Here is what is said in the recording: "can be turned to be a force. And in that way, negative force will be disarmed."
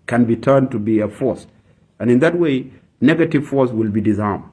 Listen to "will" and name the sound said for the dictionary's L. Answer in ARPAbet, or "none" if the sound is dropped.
L